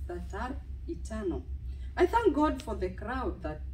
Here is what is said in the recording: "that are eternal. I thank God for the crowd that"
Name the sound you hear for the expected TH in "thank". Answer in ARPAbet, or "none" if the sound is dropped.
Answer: TH